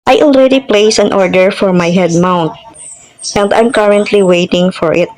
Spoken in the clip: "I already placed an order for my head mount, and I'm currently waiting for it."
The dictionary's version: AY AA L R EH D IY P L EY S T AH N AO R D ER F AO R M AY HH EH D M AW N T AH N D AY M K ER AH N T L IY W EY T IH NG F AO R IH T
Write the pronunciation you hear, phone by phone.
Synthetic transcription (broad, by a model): AY AA L R EH D IY P L EY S AH N AO R D ER F AO R M AY HH EH D M AW N T AH N D AY M K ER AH N T L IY W EY T IH NG F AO R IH T